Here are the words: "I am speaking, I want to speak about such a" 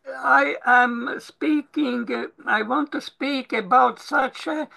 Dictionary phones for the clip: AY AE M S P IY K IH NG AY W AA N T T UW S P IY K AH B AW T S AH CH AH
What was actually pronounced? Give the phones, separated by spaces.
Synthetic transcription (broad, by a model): AY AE M S P IY K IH NG AY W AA N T T UW S P IY K AH B AW T S AH CH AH